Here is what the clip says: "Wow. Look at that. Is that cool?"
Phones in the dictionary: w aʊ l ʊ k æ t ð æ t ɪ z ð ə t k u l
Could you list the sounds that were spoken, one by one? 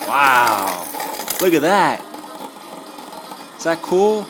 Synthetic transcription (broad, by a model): w aʊ l ʊ k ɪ t ð æ t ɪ s ð ə t k u l